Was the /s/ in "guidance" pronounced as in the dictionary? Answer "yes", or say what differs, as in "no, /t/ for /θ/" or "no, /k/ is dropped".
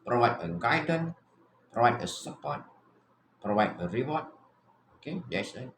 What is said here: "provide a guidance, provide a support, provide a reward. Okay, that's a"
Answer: no, /s/ is dropped